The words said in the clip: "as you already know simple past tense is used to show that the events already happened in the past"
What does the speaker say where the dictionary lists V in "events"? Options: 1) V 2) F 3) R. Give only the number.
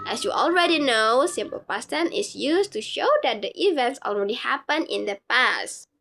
1